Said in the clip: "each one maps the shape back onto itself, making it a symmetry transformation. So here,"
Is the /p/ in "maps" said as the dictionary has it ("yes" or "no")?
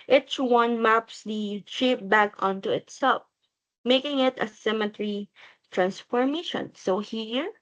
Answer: yes